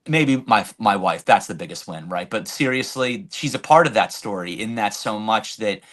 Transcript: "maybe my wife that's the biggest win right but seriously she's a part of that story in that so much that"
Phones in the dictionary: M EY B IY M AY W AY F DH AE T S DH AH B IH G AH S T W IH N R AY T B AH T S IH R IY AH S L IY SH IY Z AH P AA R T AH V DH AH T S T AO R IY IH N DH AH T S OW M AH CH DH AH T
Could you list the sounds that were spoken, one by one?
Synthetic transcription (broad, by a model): M EY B IY M AY W AY F DH AE T S DH AH B IH G AH S T W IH N R AY T B AH T S IH R IY AH S L IY SH IY Z AH P AA R T AH V DH AH T S T AO R IY IH N DH AH T S OW M AH CH DH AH T